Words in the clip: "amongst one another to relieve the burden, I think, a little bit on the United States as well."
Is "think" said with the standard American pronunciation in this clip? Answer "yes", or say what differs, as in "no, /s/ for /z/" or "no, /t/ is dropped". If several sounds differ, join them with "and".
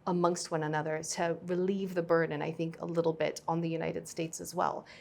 yes